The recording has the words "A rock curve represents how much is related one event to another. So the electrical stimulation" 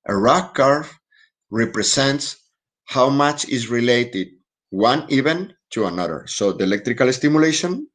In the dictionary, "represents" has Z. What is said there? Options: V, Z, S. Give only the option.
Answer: S